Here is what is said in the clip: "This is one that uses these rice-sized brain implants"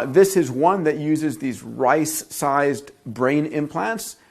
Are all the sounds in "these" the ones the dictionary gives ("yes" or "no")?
yes